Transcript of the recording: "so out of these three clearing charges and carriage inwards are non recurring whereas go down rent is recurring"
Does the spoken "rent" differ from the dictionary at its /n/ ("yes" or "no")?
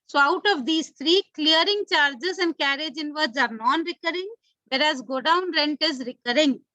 no